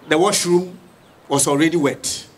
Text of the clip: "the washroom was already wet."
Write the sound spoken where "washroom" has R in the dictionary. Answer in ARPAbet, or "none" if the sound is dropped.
R